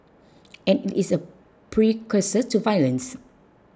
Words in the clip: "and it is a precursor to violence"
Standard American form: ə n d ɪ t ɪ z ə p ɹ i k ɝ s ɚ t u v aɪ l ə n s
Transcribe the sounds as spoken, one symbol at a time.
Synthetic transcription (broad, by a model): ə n ɪ t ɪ s ə p ɹ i k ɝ s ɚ t u v aɪ l ə n s